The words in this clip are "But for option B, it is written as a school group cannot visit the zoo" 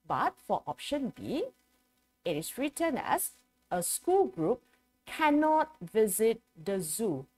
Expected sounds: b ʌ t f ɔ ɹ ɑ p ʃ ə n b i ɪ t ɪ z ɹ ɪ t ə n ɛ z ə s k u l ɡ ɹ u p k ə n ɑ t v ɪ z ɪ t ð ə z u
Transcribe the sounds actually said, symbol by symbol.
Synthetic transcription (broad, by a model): b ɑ t f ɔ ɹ ɑ p ʃ ə n b i ɪ t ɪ s ɹ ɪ t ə n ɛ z ə s k u l ɡ ɹ u p k ə n ɑ t v ɪ z ɪ t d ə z u